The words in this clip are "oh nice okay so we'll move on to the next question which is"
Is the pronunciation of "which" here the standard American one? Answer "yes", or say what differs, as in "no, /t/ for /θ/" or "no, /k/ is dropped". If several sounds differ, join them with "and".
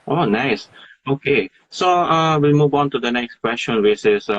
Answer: no, /s/ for /tʃ/